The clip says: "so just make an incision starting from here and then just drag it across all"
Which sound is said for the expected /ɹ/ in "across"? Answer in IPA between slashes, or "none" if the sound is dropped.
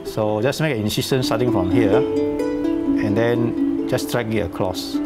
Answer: /l/